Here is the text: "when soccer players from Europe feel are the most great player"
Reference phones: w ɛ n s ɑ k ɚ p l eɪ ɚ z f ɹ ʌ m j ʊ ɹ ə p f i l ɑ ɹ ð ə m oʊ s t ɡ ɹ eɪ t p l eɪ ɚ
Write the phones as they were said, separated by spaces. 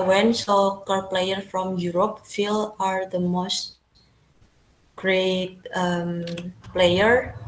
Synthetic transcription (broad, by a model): w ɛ n s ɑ k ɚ p l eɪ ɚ f ɹ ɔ m j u ɹ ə p f i l ɑ ɹ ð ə m oʊ s t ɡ ɹ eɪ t p l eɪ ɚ